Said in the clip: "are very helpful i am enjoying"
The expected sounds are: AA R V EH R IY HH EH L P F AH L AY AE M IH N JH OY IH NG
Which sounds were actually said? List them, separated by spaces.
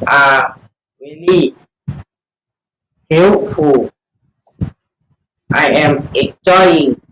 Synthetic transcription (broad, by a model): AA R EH L IY HH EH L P F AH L AY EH M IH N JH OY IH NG